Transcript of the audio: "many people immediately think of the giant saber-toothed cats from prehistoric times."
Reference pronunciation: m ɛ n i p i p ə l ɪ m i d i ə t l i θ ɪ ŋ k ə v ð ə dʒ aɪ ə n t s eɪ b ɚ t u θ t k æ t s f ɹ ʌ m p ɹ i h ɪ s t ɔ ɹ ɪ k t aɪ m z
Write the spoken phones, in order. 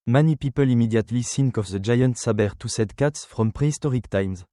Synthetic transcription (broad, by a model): m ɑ n i p i p ə l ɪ m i d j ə t l i s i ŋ k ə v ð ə dʒ aɪ ə n t s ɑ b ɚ t u s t k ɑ t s f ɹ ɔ m p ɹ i s t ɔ ɹ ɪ k t aɪ m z